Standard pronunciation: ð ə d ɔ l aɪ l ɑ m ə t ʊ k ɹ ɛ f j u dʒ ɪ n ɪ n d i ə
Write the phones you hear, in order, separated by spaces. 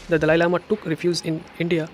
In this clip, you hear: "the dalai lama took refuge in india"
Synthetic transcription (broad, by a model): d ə d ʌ l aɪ l ɑ m ə t ʊ k ɹ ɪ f j u z ɪ n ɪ n d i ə